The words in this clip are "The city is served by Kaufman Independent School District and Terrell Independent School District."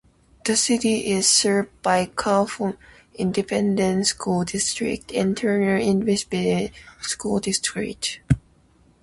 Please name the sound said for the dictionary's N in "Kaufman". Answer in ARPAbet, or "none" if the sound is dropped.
none